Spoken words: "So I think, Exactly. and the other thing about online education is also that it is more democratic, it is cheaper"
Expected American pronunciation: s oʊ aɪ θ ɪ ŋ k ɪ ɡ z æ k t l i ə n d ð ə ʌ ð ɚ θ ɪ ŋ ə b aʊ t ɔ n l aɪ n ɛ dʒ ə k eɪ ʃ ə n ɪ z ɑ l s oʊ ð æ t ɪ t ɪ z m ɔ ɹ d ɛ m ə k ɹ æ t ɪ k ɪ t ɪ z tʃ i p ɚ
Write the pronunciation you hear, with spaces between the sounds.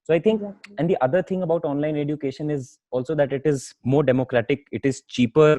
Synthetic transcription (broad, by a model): s oʊ aɪ t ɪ ŋ k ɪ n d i t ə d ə ʌ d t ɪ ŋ ə b aʊ t ɔ n l aɪ n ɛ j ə k eɪ ʃ ə n ɪ z ɑ l s oʊ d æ t ɪ t ɪ z m ɔ ɹ d ɛ m ə k ɹ æ t ɪ k ɪ t ɪ z tʃ i p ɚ